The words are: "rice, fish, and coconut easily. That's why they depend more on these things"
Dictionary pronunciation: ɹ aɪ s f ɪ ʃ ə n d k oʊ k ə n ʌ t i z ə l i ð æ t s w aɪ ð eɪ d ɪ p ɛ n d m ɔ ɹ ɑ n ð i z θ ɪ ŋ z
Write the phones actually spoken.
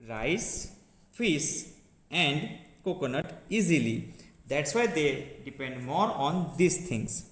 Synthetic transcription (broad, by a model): ɹ aɪ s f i s ə n d k oʊ k ə n ʌ t i z ə l i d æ t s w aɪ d eɪ d ɪ p ɛ n d m ɔ ɹ ɑ n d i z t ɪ ŋ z